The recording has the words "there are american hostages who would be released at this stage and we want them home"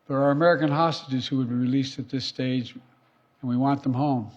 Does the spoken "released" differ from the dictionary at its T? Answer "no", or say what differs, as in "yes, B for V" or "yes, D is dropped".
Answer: no